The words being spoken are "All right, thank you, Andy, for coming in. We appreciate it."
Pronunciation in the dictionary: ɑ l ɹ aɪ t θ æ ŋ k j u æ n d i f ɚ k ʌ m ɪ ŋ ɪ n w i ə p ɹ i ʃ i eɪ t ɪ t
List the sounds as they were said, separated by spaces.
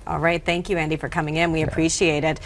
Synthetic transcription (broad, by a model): ɑ l ɹ aɪ t θ æ ŋ k j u æ n d i f ɚ k ʌ m ɪ ŋ ɪ n w i ə p ɹ i ʃ i eɪ t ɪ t